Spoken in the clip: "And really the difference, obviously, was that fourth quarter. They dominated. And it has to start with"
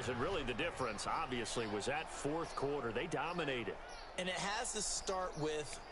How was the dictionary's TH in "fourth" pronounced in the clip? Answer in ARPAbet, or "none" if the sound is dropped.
TH